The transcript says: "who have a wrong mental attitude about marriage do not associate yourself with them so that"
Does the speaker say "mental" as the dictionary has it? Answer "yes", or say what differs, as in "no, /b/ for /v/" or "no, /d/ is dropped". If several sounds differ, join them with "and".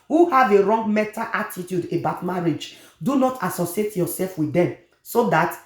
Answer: no, /n/ is dropped